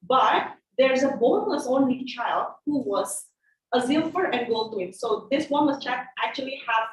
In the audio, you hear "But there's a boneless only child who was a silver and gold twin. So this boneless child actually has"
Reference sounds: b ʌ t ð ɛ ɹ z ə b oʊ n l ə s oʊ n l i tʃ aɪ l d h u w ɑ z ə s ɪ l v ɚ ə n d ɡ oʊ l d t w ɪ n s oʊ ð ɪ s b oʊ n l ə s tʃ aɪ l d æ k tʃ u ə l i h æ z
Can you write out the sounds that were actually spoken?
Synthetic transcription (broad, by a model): b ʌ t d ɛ ɹ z ə b oʊ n ə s oʊ n l i tʃ aɪ l d h u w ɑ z ə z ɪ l f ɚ ə n d ɡ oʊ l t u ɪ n s oʊ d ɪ s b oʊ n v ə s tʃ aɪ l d æ k tʃ u ə l i h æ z